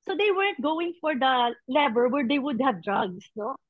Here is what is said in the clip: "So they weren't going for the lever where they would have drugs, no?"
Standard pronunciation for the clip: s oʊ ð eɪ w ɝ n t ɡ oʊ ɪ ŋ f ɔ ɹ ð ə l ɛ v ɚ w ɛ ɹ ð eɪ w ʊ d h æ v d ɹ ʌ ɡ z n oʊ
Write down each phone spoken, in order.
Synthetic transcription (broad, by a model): s oʊ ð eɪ w ɝ n t ɡ oʊ ɪ ŋ f ɔ ɹ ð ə l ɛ b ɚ w ɛ ɹ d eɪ w ʊ d h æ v d ɹ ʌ ɡ s n oʊ